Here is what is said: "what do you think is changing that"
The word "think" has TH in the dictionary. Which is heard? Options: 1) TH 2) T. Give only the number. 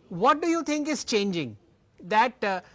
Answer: 2